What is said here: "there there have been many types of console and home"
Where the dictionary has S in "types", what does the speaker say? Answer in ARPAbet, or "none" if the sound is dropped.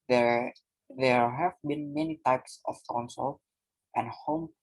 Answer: S